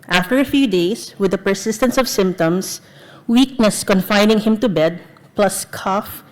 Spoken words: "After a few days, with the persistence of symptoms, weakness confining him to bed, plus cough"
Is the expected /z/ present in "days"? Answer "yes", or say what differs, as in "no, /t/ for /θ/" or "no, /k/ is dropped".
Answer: no, /s/ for /z/